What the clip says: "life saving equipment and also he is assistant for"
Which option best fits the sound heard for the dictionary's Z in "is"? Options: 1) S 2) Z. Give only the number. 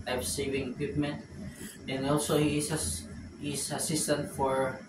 1